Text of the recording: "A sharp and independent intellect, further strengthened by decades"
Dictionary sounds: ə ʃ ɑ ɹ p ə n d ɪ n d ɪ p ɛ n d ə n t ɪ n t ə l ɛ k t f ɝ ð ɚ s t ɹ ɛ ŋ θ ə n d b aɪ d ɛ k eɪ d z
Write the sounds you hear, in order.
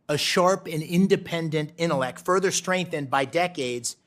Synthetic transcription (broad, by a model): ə ʃ ɑ ɹ p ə n ɪ n d ɪ p ɛ n d ə n t ɪ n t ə l ɛ k t f ɝ ð ɚ s t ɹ ɛ ŋ θ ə n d b aɪ d ɛ k eɪ d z